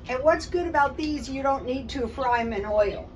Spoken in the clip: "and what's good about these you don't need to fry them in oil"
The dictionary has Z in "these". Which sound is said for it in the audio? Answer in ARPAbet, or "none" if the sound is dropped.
Z